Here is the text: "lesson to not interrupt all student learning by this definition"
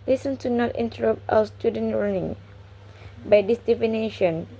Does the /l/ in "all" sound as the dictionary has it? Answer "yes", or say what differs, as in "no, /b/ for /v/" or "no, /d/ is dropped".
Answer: no, /w/ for /l/